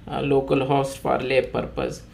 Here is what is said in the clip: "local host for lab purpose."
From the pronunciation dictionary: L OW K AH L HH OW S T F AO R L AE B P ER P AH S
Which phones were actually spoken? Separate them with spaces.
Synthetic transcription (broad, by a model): L OW K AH L HH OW S T P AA R L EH P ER P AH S